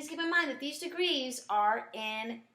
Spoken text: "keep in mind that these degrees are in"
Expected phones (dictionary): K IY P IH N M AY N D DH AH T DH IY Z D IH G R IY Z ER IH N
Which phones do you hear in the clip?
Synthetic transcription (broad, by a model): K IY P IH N M AY N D DH AH T DH IY Z D IH G R IY Z ER IH N